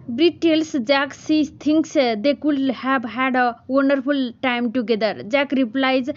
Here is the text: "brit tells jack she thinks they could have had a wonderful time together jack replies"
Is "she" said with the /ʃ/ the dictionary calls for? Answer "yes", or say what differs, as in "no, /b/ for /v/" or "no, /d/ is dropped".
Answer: no, /s/ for /ʃ/